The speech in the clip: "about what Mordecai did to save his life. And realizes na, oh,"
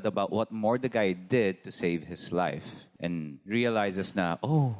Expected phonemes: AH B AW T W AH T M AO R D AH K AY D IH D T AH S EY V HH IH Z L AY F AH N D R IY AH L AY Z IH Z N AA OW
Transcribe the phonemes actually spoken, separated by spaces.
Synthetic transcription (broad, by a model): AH B AW T W AH T M AO R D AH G AY D IH D T AH S EY V HH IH S L AY F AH N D R IY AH L AY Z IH S N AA OW